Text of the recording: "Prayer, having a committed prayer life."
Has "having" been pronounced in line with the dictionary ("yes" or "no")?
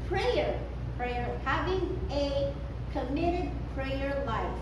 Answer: yes